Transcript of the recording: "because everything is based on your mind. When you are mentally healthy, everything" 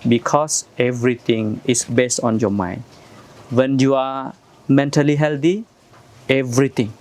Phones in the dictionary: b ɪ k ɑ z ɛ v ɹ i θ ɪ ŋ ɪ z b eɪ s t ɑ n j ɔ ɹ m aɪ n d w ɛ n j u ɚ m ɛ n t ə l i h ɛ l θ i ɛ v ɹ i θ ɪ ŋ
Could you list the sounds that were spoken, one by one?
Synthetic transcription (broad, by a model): b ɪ k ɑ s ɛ v ɹ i t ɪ ŋ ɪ s b eɪ s t ɑ n j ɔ m aɪ n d w ɛ n j u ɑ m ɛ n t ə l i h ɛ l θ i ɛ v ɹ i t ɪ ŋ